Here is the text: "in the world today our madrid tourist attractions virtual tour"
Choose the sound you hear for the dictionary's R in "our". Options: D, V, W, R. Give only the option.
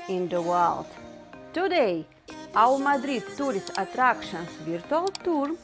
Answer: W